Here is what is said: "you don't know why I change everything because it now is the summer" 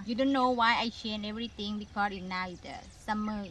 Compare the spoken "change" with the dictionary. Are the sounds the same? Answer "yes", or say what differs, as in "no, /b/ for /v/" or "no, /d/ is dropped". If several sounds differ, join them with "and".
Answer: no, /dʒ/ is dropped